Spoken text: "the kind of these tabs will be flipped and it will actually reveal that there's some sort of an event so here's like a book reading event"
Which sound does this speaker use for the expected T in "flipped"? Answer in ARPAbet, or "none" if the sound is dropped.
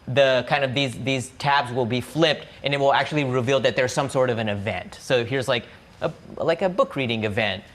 T